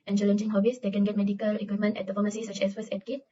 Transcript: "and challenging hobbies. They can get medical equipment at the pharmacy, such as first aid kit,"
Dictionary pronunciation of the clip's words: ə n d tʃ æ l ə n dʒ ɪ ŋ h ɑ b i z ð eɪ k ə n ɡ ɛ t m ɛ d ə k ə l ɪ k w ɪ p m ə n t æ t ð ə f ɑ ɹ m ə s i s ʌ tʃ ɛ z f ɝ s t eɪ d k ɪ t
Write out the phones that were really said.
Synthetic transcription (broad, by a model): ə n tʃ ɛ l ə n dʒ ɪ ŋ h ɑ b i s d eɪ k ə n ɡ ɛ t m ɛ d ə k ə l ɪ k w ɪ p m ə n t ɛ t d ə f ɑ m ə s i s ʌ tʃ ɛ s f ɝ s eɪ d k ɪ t